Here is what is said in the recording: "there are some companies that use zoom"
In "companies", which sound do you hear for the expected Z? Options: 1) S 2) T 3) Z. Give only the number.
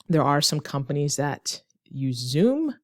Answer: 3